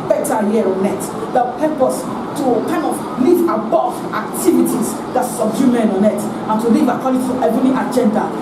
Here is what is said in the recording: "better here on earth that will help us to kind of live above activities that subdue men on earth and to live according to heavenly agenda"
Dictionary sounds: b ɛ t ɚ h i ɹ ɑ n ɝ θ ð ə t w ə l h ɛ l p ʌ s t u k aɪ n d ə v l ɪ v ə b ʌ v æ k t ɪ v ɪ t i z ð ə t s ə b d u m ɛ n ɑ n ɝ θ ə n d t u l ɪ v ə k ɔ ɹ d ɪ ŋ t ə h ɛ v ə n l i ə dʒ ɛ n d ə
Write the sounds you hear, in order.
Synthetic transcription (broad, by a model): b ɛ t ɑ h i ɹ ɑ n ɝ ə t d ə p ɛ p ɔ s t u k aɪ n d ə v l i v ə b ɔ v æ k t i v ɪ t i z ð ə t s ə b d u m ɛ n ɑ n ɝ t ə n t u l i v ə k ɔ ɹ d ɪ t ə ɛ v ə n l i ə dʒ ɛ n d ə